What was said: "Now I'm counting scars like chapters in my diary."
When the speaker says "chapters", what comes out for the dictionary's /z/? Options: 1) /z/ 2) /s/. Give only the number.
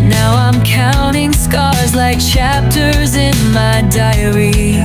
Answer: 1